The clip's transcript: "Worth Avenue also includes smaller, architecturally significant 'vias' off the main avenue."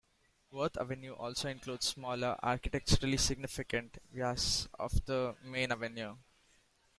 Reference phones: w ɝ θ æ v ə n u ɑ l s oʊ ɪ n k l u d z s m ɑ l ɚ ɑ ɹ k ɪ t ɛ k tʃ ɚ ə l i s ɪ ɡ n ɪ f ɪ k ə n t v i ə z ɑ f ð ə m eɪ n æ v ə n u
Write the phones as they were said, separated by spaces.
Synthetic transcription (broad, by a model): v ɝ t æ v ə n u ɑ l s oʊ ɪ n k l u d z s m ɑ l ɚ ɑ ɹ k ɪ t ɛ k tʃ ɚ ə l i s ɪ ɡ n ɪ f ɪ k ə n t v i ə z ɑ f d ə m eɪ n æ v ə n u